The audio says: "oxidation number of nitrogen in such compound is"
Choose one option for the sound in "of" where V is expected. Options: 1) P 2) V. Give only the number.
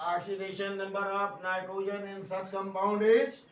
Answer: 1